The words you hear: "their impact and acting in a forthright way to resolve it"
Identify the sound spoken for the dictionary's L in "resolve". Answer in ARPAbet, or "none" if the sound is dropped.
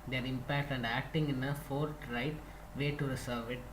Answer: none